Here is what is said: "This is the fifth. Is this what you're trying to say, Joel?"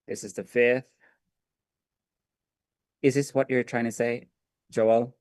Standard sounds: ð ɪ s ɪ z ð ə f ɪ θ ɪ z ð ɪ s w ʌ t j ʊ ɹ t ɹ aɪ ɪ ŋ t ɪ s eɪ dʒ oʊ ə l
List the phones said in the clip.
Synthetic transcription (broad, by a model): ð ɪ s ɪ z ð ə f ɪ θ ɪ z ð ɪ s w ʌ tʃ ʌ ɹ t ɹ aɪ ɪ ŋ t ɪ s eɪ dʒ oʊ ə l